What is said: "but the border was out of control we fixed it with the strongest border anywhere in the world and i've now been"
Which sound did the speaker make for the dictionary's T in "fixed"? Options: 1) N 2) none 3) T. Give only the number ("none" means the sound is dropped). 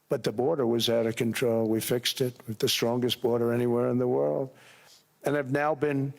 3